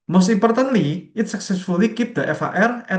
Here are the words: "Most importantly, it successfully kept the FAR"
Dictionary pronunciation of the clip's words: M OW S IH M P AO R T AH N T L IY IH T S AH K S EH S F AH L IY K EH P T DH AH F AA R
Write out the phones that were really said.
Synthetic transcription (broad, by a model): M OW S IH P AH R T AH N L IY IH T S AH K S EH S F AH L IY K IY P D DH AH F AA R